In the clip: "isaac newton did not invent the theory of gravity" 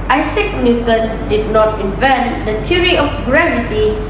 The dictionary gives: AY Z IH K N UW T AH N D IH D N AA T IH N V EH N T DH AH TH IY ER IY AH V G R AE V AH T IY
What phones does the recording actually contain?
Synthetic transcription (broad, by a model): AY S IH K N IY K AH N D IH D N AA T IH N V EH N T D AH T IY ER IY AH F G R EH V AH T IY